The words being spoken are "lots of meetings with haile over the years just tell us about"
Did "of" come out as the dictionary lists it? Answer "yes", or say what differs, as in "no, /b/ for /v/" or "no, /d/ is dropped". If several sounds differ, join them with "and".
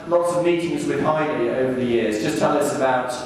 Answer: yes